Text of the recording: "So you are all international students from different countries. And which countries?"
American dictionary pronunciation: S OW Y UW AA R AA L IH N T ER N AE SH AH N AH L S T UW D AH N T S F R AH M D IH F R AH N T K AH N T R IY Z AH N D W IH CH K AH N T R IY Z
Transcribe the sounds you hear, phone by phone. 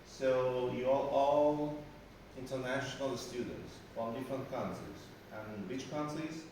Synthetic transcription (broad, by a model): S OW Y UW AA L AA L IH N T ER N AE SH AH N AH L S T UW D AH N T S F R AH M D IH F R AH N T K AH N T IY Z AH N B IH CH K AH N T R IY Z